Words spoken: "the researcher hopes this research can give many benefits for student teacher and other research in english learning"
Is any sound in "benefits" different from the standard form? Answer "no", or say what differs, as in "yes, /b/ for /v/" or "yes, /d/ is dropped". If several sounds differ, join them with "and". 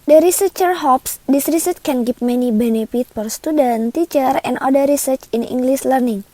yes, /s/ is dropped